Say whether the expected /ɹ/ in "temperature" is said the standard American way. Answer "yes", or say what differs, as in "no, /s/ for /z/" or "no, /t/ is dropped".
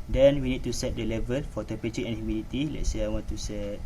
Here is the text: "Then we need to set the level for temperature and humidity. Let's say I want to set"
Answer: no, /ɹ/ is dropped